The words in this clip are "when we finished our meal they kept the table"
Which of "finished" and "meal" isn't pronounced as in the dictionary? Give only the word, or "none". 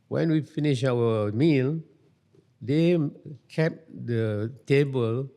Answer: finished